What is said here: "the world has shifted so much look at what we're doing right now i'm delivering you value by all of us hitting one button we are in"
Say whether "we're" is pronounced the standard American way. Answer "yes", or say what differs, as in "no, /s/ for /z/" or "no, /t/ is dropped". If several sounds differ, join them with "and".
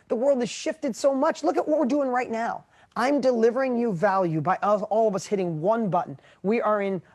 yes